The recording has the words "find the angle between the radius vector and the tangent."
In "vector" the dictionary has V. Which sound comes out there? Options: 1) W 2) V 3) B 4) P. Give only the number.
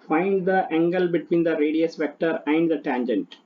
2